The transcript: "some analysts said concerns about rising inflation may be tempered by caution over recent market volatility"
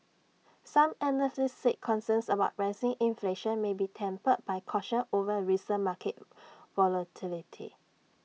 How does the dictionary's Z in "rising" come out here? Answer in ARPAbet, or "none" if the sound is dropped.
S